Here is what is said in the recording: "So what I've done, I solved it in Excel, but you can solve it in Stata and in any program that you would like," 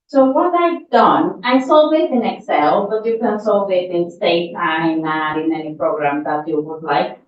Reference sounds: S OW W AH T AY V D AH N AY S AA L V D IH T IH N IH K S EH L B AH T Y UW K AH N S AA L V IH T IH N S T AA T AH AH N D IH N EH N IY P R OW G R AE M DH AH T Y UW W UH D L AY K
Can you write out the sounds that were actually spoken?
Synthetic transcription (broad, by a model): S OW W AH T AY D AH N AY S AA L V IH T IH N IH K S EH L B AH T Y UW K AH N S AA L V IH T IH N S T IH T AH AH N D IH N EH N IY P R OW G R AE M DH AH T Y UW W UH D L AY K